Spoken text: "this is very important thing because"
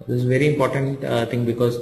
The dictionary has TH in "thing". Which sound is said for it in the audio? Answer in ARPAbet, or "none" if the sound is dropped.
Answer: T